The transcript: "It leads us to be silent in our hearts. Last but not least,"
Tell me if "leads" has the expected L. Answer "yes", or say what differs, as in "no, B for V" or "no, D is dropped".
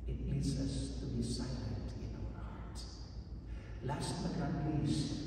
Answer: no, N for L